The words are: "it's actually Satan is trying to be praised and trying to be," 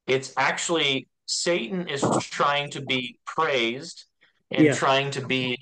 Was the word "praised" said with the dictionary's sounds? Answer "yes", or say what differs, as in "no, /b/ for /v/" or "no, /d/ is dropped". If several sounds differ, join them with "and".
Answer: yes